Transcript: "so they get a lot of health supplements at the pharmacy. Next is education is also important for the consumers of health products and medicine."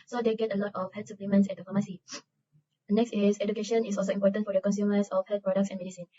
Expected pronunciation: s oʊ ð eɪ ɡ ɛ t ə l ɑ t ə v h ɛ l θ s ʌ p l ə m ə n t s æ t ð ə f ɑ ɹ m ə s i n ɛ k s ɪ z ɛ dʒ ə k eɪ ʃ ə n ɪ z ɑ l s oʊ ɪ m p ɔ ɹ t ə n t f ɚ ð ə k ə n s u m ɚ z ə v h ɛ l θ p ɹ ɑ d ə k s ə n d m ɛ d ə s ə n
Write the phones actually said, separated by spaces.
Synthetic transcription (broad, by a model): s oʊ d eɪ ɡ ɛ t ə l ɑ t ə f h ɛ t s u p l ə m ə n s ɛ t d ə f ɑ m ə s i n ɛ k s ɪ s ɛ dʒ ə k eɪ ʃ ə n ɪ s ɑ l s oʊ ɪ m p ɔ t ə n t f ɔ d ə k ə n s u m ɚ s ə f h ɛ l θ p ɹ ɑ d ə k s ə n m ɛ d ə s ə n